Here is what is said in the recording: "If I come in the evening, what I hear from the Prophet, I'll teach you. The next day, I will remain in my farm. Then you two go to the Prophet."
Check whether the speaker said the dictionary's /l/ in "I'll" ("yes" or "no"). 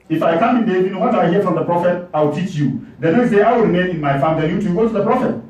no